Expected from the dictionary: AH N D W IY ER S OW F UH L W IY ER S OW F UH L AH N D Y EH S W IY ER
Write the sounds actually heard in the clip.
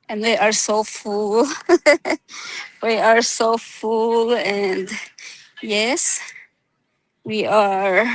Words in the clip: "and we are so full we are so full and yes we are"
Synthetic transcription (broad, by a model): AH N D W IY ER S OW F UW L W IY ER S OW F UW L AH N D Y EH S W IY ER